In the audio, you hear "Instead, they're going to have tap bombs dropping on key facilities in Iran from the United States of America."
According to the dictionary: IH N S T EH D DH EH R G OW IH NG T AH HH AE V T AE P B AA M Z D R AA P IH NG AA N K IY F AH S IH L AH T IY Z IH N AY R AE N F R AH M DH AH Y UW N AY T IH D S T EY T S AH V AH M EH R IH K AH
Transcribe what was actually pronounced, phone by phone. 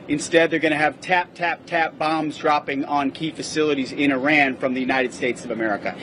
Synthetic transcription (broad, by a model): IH N S T EH D DH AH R G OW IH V T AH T AE T AE P B AA M Z D R AA P IH NG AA N K IY F AH S IH L AH T IY Z IH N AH R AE N F R AH M DH AH Y UW N AY T IH D S T EY T S AH V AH M EH R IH K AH